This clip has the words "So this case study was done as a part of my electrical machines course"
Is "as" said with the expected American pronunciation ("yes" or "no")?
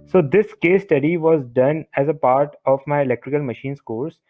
yes